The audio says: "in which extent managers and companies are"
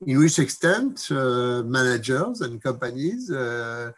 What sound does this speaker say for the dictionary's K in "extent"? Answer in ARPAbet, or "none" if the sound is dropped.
K